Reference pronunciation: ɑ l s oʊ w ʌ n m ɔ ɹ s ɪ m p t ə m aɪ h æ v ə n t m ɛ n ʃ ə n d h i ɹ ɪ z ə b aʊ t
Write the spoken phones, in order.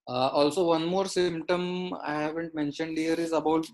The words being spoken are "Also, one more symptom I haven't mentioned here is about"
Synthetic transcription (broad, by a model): ɑ l s oʊ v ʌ n m ɔ ɹ s ɪ m p t ə m aɪ h æ v ə n t m ɛ n ʃ ə n d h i ɹ ɪ z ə b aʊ t